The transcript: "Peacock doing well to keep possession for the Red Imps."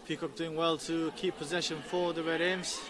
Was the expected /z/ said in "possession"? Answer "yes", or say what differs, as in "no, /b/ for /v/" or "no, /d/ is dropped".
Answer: yes